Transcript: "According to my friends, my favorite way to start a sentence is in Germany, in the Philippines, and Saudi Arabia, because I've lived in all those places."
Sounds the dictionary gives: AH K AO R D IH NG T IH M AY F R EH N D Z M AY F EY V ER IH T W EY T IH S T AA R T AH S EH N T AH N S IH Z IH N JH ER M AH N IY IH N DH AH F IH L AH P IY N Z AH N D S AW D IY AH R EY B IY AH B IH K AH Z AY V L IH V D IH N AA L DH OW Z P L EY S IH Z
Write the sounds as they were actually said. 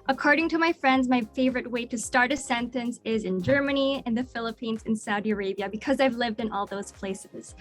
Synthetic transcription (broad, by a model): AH K AO R D IH NG T IH M AY F R EH N D Z M AY F EY V ER IH T W EY T IH S T AA R T AH S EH N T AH N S IH Z IH N JH ER M AH N IY IH N DH AH F IH L AH P IY N Z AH N S AW D IY AH R EY B IY AH B IH K AH Z AY V L IH V D IH N AA L DH OW Z P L EY S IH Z